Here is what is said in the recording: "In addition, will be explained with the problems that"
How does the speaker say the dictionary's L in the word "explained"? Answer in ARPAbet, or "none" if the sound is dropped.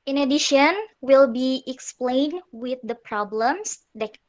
L